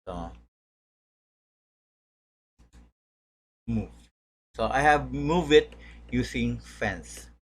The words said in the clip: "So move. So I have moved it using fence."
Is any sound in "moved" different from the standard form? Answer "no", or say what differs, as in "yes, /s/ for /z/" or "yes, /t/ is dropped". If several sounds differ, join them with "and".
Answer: yes, /d/ is dropped